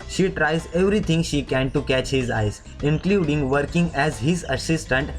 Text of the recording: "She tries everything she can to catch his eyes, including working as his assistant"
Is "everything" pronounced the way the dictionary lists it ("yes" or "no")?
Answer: no